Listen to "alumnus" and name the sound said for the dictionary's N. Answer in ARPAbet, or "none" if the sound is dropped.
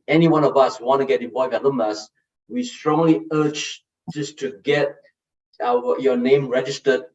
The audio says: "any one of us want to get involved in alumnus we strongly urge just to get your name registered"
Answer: none